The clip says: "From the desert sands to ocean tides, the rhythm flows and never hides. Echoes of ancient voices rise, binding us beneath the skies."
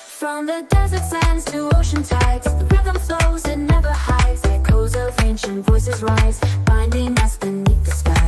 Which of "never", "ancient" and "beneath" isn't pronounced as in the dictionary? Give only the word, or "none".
beneath